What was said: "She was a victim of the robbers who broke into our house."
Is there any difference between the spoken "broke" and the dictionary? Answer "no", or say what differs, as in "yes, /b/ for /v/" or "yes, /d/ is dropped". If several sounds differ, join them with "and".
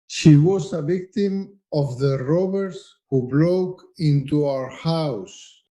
yes, /l/ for /ɹ/